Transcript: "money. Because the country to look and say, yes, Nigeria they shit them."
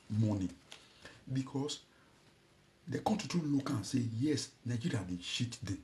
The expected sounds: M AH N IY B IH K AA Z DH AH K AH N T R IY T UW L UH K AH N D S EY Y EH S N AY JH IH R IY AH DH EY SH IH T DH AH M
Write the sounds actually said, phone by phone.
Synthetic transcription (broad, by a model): M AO N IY B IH K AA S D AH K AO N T IY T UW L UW K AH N S EY Y EH S N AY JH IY R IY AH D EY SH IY T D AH